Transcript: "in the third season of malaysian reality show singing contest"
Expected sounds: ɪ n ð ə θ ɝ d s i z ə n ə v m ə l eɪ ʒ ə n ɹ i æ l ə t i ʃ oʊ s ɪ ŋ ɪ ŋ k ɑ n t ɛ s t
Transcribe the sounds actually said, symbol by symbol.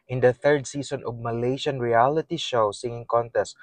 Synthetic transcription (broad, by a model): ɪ n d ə θ ɝ d s i s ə n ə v m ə l eɪ ʃ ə n ɹ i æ l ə t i ʃ oʊ s ɪ ŋ ɪ ŋ k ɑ n t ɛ s t